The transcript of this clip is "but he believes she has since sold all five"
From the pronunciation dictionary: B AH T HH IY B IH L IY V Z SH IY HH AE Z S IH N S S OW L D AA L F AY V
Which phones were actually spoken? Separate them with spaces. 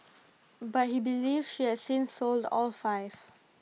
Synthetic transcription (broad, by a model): B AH T HH IY B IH L IY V SH IY HH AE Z S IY N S S OW L D AA L F AY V